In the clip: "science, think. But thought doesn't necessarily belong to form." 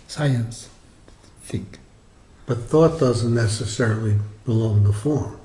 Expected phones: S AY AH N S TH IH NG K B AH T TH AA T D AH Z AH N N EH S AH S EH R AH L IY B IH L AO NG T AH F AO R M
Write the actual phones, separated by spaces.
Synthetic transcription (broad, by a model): S AY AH N S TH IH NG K B AH T TH AA T D AH Z AH N N EH S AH S EH R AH L IY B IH L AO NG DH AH F AO R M